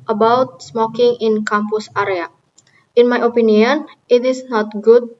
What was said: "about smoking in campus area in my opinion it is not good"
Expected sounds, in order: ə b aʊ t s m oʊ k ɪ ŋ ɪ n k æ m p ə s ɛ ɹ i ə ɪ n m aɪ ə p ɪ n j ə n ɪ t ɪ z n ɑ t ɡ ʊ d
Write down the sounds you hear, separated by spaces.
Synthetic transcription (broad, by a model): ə b aʊ t s m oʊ k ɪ ŋ ɪ n k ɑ m p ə s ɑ ɹ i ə ɪ n m aɪ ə p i n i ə n ɪ t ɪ s n ɑ t ɡ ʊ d